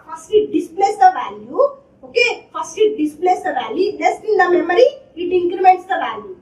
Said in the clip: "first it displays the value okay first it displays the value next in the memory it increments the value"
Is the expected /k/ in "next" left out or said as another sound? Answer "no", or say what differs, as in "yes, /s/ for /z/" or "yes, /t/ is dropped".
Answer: yes, /k/ is dropped